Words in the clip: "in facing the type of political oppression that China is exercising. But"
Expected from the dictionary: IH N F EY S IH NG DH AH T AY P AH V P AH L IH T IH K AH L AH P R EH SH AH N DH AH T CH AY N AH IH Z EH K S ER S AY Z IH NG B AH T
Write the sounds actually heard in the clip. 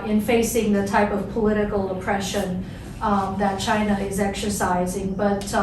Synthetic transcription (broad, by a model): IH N F EY S IH NG DH AH T AY P AH V P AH L IH T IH K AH L AH P R EH SH AH N DH AH T CH AY N AH IH Z EH K S ER S AY Z IH NG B AH T